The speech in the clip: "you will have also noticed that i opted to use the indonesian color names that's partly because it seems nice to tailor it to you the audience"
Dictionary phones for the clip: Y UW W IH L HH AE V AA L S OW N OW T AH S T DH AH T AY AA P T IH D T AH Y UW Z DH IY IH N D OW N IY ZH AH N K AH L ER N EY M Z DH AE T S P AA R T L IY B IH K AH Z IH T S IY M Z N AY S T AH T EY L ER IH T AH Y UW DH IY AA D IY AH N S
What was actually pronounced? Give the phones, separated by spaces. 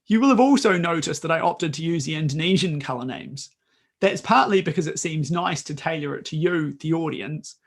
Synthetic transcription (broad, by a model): Y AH W IH L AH V AA L S OW N OW T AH S DH AH T AY AA P T IH D T AH Y UW Z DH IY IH N D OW N IY ZH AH N K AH L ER N EY M Z DH AE T S P AA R T L IY B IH K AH Z IH T S IY M Z N AY S T AH T EY L ER IH T AH Y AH DH IY AA D IY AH N S